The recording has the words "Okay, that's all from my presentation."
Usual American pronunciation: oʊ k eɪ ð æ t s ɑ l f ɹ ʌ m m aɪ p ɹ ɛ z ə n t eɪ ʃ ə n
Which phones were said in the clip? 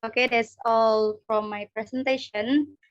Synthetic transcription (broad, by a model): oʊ k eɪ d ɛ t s ɑ l f ɹ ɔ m m aɪ p ɹ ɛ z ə n t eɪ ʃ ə n